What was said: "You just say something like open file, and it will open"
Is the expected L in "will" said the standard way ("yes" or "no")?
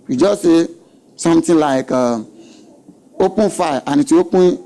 no